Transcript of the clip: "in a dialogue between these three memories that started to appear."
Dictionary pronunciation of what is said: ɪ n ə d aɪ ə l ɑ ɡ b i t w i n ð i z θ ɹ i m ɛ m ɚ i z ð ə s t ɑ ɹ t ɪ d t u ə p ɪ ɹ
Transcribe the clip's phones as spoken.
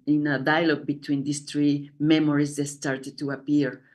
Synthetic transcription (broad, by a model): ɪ n ə d aɪ ə l ɑ ɡ b i t w i n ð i s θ ɹ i m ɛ m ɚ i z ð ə s t ɑ ɹ t ɪ d t u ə p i ɹ